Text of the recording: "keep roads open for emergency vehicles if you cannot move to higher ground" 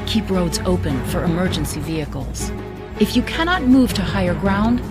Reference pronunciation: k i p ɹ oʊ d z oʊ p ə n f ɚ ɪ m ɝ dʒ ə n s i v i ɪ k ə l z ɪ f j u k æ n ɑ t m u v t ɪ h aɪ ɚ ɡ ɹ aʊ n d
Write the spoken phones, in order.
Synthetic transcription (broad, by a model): k i p ɹ oʊ d z oʊ p ə n f ɚ ɪ m ɝ dʒ ə n s i v i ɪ k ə l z ɪ f j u k æ n ɑ t m u v t ɪ h aɪ ɚ ɡ ɹ aʊ n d